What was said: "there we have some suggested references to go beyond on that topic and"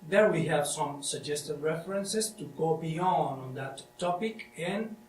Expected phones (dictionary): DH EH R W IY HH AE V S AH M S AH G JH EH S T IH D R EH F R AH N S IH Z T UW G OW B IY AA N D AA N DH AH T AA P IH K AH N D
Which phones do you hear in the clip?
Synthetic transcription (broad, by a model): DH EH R W IY HH AE V S AH M S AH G JH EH S T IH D R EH F R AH N S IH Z T UW G OW B IY AA N D AA N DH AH T AA P IH K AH N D